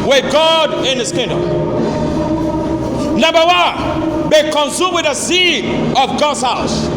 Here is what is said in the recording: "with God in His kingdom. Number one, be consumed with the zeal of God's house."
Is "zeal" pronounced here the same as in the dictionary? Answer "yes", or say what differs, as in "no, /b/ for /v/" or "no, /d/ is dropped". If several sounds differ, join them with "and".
no, /s/ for /z/